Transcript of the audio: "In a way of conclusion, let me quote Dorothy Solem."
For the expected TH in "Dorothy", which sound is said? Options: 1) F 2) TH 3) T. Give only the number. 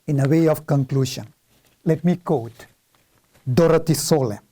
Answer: 3